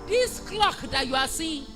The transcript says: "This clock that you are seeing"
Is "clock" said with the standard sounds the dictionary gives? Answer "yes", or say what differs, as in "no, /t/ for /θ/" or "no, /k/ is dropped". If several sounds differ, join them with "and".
yes